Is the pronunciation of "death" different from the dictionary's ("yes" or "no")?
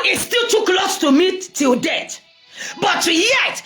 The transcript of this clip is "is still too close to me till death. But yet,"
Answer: yes